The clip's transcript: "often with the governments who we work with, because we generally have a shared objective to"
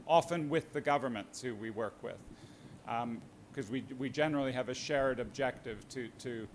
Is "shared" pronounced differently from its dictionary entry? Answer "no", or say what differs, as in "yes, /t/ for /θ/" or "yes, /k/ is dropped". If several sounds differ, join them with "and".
no